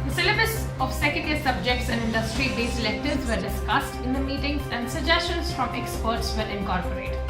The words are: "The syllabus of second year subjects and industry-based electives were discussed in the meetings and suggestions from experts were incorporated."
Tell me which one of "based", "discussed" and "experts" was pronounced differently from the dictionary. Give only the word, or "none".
based